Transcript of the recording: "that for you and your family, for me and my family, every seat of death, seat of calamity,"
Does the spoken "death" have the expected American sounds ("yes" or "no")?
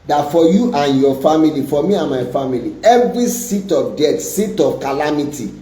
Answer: no